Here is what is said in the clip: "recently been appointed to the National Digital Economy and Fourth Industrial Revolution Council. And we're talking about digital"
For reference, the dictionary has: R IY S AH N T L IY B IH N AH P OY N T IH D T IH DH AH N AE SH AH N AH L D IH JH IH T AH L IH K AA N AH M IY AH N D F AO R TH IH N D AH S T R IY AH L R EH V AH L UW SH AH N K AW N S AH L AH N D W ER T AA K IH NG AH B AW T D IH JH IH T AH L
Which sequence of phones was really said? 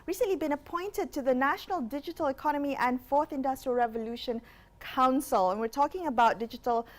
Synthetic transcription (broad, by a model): R IY S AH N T L IY B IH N AH P OY N T IH D T IH DH AH N AE SH AH N AH L D IH JH IH T AH L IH K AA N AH M IY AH N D F AO R TH IH N D AH S T R IY AH L R EH V AH L UW SH AH N K AW N S AH L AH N W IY T AA K IH NG AH B AW T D IH JH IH T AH L